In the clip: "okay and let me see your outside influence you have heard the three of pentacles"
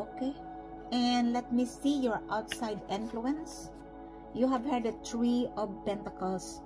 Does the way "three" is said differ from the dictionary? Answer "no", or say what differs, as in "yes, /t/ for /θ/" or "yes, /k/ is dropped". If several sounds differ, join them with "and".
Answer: yes, /t/ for /θ/